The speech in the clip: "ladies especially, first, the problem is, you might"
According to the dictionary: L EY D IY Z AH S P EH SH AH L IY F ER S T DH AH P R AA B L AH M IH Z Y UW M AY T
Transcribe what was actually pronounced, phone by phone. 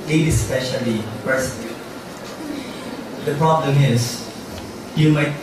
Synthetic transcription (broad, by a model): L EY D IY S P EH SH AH L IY P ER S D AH P R AA B L AH M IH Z Y UW M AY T